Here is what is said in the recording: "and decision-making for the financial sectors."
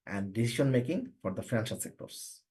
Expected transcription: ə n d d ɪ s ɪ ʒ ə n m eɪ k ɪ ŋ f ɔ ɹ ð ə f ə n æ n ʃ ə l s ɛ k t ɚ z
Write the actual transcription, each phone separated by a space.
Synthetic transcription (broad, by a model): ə n d d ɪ s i ʃ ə n m eɪ k ɪ ŋ f ɔ ɹ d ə f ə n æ n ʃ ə l s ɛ k t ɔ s